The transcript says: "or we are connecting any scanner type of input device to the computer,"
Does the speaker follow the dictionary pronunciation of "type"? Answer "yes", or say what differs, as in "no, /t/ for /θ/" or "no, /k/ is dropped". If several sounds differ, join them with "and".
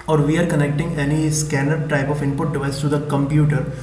yes